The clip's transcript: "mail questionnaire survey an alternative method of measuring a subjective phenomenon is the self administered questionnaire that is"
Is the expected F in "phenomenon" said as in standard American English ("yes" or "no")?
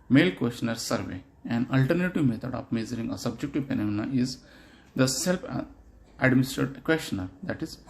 no